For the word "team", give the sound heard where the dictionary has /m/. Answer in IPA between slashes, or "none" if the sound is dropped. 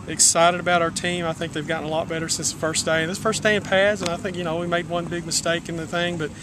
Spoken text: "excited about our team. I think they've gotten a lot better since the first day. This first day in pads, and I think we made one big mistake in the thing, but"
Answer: /m/